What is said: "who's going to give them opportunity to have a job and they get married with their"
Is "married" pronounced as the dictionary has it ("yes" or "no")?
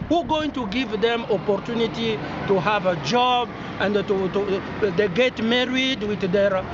yes